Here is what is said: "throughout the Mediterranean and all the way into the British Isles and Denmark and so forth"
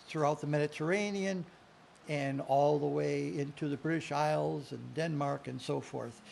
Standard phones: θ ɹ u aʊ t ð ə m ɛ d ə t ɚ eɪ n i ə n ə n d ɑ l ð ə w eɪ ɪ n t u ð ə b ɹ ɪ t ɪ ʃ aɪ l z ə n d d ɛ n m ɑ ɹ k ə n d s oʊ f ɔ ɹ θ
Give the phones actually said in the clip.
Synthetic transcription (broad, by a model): θ ɹ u aʊ t ð ə m ɛ d ə t ɚ eɪ n i ə n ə n ɑ l ð ə w eɪ ɪ n t u ð ə b ɹ ɪ t ɪ ʃ aɪ l z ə n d d ɛ n m ɑ ɹ k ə n s oʊ f ɔ ɹ θ